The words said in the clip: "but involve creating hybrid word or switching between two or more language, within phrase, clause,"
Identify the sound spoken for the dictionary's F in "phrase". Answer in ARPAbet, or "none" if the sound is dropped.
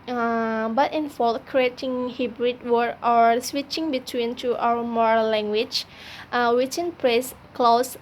P